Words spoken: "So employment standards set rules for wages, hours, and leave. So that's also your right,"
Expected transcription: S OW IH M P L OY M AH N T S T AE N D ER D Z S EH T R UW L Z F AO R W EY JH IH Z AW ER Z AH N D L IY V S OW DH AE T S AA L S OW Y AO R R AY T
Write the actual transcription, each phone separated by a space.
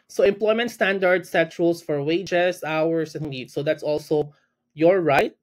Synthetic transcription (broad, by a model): S OW IH M P L OY M AH N T S T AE N D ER D S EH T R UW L S F AO R W EY JH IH S AW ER S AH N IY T S OW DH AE T S AA L S OW Y AO R R AY T